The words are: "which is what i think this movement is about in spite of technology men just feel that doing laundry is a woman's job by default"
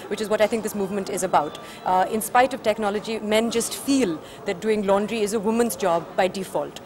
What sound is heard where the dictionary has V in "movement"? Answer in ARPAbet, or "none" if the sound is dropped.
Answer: V